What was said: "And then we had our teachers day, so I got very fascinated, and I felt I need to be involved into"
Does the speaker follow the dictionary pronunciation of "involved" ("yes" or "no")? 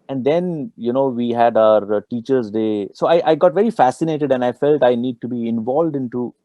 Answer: yes